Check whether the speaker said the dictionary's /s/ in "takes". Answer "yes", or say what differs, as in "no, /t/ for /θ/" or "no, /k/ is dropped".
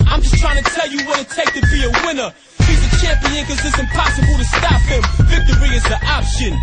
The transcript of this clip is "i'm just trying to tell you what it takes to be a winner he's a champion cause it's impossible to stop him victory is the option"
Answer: no, /s/ is dropped